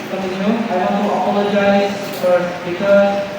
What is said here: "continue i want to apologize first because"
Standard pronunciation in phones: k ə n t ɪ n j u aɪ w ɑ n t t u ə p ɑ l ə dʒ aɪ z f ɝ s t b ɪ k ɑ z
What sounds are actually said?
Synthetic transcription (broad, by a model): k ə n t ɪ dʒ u aɪ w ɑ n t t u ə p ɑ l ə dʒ aɪ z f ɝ t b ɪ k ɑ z